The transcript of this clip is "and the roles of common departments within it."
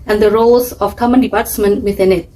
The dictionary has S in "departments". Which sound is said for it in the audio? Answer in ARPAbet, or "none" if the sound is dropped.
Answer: none